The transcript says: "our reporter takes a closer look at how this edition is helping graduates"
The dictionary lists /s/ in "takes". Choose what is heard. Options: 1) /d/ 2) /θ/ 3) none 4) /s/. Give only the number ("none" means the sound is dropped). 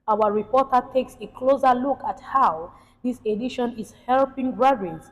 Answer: 4